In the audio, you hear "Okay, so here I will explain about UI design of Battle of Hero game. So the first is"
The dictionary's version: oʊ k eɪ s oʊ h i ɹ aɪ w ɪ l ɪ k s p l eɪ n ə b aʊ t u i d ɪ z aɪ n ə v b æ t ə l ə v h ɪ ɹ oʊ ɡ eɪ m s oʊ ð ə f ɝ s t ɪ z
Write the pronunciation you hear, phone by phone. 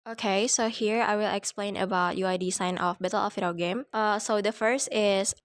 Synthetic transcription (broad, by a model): oʊ k eɪ s oʊ h i ɹ aɪ w ɪ l ɪ k s p l eɪ n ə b aʊ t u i d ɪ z aɪ n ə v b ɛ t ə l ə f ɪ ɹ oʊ ɡ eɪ m s oʊ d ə f ɝ s t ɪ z